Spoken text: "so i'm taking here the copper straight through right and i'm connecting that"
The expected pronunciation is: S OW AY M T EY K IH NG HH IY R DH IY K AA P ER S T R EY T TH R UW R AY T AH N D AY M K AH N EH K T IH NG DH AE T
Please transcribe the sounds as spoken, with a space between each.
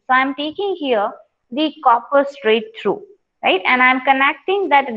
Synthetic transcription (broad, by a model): S OW AY M T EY K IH NG HH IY R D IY K AA P ER S T R EY T T R UW R AY T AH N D AY M K AH N EH K T IH NG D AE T